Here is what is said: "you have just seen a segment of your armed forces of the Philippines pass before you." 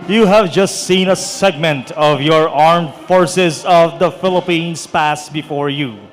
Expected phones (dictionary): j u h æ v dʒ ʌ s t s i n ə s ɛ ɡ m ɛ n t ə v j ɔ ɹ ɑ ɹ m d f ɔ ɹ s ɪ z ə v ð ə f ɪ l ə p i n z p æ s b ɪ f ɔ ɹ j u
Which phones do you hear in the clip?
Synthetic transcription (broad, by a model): j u h æ v dʒ ʌ s t s i n ə s ɛ ɡ m ɛ n t ə v j ɔ ɹ ɑ ɹ m d f ɔ ɹ s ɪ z ə v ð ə f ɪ l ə p i n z p æ s b ɪ f ɔ ɹ j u